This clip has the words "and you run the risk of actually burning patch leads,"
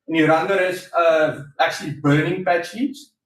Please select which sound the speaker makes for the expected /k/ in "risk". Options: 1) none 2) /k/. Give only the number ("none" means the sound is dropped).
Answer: 1